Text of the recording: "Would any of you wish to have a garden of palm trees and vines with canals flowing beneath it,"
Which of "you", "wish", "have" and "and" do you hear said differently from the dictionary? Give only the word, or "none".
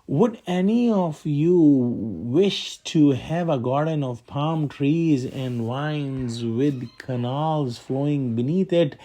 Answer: none